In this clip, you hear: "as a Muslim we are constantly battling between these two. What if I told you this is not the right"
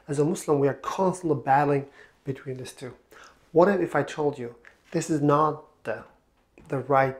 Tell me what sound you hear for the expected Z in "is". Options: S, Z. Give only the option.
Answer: Z